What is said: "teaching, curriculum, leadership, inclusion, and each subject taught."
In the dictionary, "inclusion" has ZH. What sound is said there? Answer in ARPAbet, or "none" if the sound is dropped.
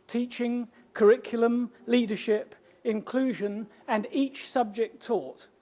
ZH